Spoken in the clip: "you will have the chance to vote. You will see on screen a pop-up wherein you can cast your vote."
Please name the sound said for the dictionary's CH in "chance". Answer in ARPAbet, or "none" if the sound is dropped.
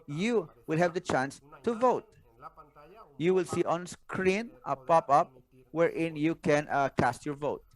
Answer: CH